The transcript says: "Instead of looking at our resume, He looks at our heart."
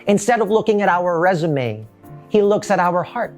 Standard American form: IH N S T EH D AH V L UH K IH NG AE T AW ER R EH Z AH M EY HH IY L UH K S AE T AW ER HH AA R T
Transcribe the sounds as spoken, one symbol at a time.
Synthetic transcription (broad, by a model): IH N S T EH D AH V L UH K IH NG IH T AW ER R EH Z AH M EY HH IY L UH K S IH T AW ER HH AA R T